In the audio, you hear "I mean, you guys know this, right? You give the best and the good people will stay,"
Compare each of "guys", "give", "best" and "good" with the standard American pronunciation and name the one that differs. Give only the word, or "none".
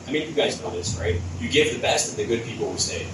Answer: none